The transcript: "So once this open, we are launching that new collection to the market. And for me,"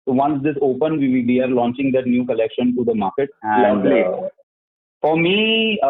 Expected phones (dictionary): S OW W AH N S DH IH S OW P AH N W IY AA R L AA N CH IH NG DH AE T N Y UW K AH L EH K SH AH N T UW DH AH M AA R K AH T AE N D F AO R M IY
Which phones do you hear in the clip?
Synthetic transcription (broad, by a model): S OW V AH N S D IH S OW P AH N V IY AA R L AA N CH IH NG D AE T N Y UW K AH L EH K SH AH N T UW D AH M AA R K AH T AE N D F AO R M IY